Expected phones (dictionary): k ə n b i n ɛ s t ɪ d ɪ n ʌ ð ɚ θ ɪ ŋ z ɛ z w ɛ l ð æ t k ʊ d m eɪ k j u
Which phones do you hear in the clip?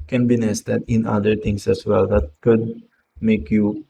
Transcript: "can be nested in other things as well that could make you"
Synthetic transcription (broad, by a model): k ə n b i n ɛ s t ɪ d ɪ n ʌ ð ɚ t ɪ ŋ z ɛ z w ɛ l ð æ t k ʊ d m eɪ k j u